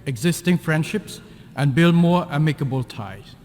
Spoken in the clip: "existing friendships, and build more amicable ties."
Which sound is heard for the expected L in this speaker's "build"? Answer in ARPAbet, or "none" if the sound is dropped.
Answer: L